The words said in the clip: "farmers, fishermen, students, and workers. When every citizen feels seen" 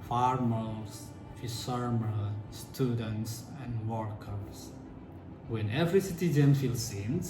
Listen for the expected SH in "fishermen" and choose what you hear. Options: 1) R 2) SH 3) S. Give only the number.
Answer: 3